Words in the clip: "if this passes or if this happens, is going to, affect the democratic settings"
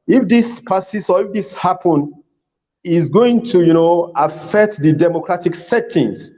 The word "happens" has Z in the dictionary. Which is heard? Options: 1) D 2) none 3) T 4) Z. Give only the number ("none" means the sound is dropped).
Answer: 2